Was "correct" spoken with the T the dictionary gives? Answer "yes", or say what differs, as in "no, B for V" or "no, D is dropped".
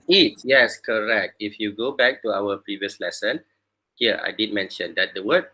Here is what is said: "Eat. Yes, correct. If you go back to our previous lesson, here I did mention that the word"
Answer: yes